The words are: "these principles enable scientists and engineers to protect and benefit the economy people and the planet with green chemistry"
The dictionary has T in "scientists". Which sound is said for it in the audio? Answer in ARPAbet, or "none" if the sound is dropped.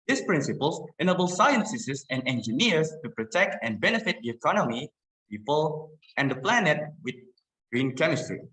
S